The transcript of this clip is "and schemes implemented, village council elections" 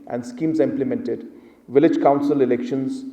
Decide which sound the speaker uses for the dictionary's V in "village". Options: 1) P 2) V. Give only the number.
2